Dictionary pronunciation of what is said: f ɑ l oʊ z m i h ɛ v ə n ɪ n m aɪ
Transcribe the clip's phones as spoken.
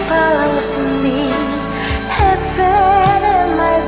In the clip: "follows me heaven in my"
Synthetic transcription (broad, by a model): f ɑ l oʊ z m i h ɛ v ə ɪ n m aɪ